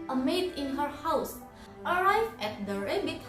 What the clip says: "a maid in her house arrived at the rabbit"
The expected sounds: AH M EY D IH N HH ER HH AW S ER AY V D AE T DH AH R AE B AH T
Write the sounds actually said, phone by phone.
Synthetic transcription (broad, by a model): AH M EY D IH N HH ER HH AW S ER AY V AE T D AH R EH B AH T